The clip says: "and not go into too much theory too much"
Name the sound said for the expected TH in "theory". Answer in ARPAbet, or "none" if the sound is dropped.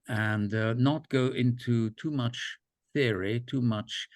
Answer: TH